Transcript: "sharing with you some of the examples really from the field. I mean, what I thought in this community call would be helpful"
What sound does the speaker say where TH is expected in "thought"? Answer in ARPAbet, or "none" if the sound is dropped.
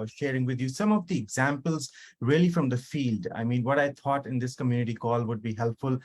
T